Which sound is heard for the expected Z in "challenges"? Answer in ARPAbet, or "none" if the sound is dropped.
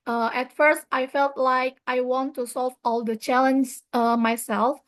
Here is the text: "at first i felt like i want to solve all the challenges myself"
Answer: none